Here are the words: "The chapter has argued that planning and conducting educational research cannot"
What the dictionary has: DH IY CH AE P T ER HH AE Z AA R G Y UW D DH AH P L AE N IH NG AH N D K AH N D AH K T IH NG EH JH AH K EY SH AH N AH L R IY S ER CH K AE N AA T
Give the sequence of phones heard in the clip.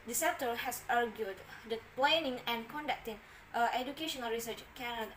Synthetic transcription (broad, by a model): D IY S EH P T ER HH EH S AA R G Y UW D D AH P L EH N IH NG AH N K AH N D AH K T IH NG EH JH AH K EY SH AH N AH L R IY S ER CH K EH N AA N